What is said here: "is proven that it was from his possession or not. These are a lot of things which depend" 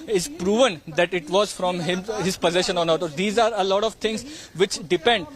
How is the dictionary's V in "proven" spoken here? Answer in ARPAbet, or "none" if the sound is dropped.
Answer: V